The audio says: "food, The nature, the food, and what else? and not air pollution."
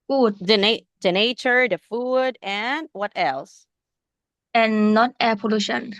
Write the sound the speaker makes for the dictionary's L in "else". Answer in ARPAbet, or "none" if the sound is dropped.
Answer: L